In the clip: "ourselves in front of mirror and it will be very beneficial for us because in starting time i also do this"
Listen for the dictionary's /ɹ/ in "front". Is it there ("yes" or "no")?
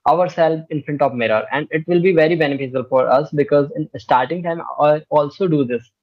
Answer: no